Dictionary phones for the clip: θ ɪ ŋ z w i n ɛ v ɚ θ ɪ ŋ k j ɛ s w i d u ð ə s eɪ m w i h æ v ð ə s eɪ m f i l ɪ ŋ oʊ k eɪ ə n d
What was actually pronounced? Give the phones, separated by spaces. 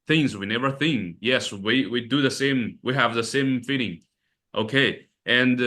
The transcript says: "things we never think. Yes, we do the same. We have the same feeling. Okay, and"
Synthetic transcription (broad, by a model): θ ɪ ŋ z w i n ɛ v ɚ θ ɪ ŋ k j ɛ s w i d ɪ ð ə s eɪ m w i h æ v ð ə s eɪ m f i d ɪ ŋ oʊ k eɪ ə n